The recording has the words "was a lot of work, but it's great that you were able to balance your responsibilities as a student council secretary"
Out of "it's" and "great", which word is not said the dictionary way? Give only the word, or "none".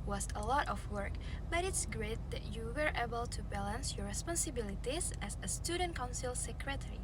none